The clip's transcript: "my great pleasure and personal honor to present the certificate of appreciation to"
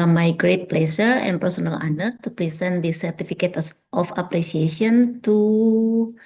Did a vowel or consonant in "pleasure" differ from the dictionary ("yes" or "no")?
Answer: yes